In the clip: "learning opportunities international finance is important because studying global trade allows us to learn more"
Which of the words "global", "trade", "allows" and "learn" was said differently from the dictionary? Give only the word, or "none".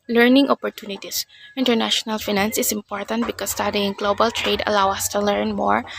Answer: allows